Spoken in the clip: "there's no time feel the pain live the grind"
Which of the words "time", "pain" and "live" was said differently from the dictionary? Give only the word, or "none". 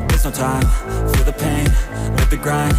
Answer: live